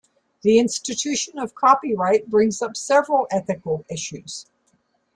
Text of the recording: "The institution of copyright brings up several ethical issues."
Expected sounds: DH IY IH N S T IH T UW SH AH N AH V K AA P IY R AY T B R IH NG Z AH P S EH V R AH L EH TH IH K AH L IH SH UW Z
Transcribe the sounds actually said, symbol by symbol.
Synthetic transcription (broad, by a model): DH IY IH N S T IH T UW SH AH N AH V K AA P IY R AY T B R IH NG Z AH P S EH V R AH L EH TH IH K AH L IH SH UW Z